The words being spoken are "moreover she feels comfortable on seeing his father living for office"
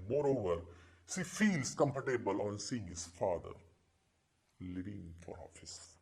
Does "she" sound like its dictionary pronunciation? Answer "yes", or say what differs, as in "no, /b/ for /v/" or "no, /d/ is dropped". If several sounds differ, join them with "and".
no, /s/ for /ʃ/